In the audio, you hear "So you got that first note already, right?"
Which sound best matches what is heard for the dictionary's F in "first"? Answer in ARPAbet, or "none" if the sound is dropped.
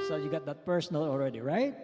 P